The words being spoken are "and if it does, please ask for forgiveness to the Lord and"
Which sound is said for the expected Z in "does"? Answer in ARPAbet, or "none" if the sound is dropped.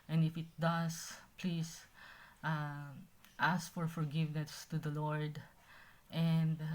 S